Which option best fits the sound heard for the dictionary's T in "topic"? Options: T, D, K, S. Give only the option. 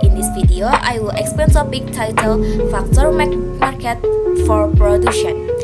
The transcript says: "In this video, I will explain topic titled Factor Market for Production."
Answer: S